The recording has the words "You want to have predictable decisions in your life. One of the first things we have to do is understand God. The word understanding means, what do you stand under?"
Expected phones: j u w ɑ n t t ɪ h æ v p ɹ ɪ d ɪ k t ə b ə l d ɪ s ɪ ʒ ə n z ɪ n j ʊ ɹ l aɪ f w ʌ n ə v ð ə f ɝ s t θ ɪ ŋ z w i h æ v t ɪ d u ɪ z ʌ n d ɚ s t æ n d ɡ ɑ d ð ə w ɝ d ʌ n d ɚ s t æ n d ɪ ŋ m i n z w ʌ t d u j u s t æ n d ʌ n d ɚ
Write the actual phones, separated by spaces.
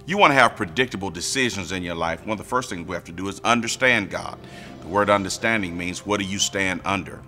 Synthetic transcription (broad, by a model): j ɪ w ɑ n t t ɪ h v p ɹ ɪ d ɪ k t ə b l d ɪ s ɪ ʒ ə n z ɪ n j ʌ ɹ l aɪ f w ʌ n ə v ð ə f ɝ s t θ ɪ ŋ z w i h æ f t ɪ d ɪ z ʌ n d ɚ s t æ n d ɡ ɑ d ð ə w ɝ d ʌ n d ɚ s t æ n d ɪ ŋ m i n z w ʌ t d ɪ j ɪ s t æ n d ʌ n d ɚ